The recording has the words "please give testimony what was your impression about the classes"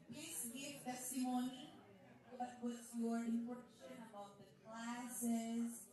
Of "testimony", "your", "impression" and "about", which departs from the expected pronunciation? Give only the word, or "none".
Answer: impression